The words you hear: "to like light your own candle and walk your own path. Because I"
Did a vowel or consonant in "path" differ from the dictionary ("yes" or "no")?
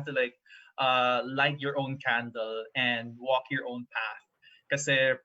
no